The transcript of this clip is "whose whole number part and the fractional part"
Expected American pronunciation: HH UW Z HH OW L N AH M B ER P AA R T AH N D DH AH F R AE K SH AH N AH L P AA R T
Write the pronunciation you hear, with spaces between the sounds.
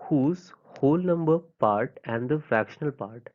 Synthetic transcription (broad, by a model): HH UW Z HH OW L N AH M B ER P AA R T AH N D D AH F AE K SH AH N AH L P AA R T